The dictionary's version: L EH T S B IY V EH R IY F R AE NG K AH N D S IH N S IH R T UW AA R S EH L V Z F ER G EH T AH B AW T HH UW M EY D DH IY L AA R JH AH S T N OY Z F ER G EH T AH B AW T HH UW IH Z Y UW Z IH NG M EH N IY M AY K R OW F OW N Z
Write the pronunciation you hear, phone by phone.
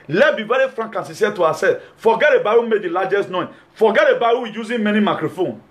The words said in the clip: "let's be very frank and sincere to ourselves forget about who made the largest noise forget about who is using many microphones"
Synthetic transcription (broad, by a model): L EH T B IY V EH R IY F R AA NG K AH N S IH S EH T UW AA S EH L F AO G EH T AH B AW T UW M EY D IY L AA JH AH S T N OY F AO G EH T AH B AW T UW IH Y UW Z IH M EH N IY M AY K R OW F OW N